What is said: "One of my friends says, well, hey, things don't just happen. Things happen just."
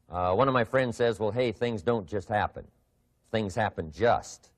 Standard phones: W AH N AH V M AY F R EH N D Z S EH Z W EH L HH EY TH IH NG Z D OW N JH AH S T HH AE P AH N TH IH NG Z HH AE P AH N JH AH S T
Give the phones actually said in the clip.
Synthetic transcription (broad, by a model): W AH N AH V M AY F R EH N D Z S EH Z W EH L HH EY TH IH NG Z D OW N JH AH S T HH AE P AH N TH IH NG Z HH AE P AH N JH AH S T